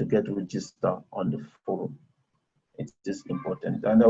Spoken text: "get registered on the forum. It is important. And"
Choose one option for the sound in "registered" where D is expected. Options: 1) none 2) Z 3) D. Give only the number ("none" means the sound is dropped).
1